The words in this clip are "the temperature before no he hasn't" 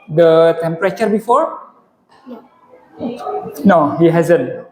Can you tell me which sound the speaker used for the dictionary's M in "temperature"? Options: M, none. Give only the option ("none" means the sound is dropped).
M